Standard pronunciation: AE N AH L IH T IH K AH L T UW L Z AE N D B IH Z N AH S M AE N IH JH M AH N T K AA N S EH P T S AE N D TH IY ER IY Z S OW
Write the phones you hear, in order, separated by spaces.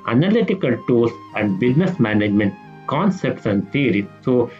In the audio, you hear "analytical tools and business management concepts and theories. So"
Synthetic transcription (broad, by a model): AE N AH L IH T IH K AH L T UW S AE N D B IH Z N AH S M AE N IH JH M AH N T K AA N S EH P T S AE N D T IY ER IY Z S OW